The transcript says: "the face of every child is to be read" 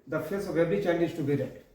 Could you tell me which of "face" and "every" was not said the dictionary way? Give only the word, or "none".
every